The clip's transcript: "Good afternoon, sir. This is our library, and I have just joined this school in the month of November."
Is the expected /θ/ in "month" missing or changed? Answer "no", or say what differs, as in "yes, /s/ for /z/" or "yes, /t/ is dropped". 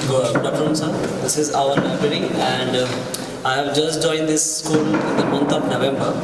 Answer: yes, /t/ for /θ/